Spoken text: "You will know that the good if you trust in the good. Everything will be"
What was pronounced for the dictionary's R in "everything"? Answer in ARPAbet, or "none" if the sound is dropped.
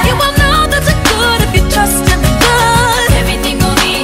none